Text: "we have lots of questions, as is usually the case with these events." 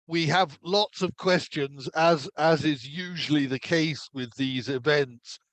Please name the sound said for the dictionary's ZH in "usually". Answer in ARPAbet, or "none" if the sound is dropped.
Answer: ZH